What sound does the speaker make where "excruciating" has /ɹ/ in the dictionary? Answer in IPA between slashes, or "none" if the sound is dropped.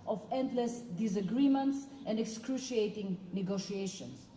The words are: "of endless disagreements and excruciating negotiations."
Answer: /ɹ/